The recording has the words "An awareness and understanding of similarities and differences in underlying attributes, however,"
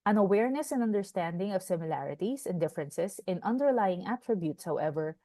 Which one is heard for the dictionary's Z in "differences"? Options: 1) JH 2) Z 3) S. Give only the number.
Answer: 3